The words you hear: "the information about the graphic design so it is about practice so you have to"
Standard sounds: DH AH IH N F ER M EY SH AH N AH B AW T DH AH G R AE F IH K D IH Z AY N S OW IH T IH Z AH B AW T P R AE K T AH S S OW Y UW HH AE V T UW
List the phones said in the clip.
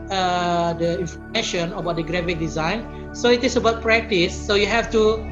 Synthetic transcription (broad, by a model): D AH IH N F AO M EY SH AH N AH B AW T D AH G R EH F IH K D IH Z AY N S OW IH T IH S AH B AW T P R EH K T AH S S OW Y UW HH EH F T UW